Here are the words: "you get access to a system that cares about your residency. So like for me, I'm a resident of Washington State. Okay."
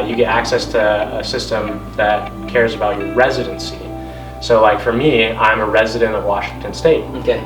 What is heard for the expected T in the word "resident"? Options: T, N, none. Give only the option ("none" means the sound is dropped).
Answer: T